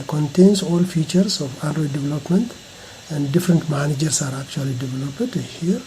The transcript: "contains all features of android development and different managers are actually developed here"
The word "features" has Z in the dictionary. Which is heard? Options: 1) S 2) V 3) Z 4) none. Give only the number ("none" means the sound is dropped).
1